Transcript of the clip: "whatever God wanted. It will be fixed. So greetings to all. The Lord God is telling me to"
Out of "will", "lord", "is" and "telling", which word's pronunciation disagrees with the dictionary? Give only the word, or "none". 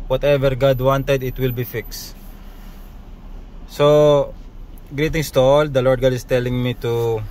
is